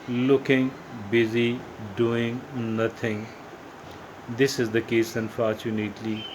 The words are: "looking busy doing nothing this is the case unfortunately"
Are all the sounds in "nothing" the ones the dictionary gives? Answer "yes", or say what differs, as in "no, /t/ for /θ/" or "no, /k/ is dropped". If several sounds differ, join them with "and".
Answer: no, /t/ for /θ/